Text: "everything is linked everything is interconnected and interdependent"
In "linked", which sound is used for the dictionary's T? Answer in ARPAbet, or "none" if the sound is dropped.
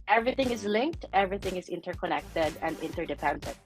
T